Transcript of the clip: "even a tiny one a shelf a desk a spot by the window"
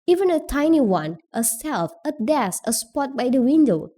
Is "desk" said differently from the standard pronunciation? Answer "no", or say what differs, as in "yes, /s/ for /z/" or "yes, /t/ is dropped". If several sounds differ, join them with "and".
yes, /k/ is dropped